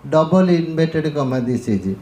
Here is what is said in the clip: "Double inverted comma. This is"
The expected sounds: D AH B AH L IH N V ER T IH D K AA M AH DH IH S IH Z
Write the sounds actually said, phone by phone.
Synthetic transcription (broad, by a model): D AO B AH L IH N B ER T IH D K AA M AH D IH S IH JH